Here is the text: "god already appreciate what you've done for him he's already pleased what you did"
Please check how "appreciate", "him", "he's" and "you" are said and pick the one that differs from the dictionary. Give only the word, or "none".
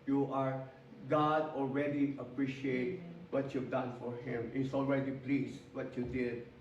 he's